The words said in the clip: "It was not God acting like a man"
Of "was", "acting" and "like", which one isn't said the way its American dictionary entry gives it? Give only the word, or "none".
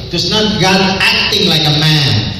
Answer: was